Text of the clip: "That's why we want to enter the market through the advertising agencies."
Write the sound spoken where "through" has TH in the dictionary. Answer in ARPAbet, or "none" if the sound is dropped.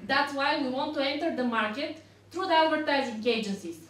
T